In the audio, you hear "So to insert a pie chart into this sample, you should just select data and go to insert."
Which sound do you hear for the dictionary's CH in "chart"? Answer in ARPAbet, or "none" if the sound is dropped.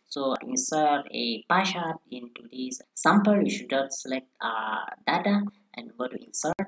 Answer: SH